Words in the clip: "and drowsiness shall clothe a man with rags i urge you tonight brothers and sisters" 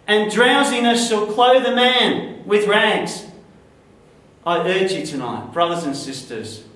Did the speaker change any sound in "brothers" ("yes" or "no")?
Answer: no